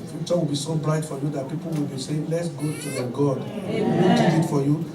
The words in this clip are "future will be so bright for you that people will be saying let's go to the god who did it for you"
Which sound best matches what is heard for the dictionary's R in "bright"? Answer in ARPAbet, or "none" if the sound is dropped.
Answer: L